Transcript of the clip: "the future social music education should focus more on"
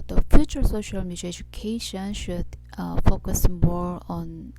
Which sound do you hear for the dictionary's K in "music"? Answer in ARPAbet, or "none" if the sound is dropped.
none